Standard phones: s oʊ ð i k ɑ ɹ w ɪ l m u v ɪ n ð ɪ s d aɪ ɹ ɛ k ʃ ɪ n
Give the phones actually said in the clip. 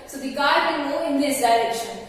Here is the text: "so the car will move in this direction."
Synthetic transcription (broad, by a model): s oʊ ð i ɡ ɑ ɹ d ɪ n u ɪ n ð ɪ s d aɪ ɹ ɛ k ʃ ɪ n